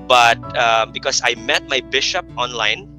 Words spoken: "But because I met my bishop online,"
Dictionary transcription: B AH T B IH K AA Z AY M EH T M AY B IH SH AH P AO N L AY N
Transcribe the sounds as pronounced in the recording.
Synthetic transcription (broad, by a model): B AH T B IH K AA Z AY M EH T M AY B IH SH AH P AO N L AY N